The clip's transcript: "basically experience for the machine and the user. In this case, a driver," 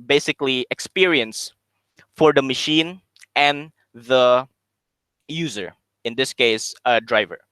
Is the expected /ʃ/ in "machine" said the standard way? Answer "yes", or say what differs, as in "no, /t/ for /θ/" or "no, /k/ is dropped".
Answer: yes